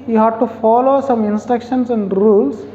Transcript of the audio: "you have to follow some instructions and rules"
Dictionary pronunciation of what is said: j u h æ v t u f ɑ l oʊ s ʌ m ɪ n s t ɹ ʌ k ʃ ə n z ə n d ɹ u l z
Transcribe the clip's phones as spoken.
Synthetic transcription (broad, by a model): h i h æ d t u f ɑ l oʊ s ʌ m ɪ n s t ɹ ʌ k ʃ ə n s ə n d ɹ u l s